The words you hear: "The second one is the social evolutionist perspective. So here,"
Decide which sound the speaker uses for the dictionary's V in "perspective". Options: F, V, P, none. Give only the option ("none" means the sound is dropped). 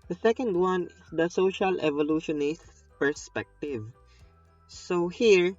V